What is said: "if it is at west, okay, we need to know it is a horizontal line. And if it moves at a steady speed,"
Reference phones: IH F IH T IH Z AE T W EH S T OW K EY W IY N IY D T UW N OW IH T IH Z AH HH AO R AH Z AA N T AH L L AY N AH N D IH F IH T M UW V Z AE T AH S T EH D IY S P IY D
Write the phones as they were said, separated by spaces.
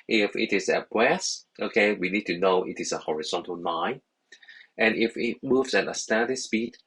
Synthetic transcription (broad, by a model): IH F IH T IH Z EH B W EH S T OW K EY W IY N IY D T UW N OW IH T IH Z AH HH AO R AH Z AA N T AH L N AY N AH N IH F IH T M UW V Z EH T AH S T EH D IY S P IY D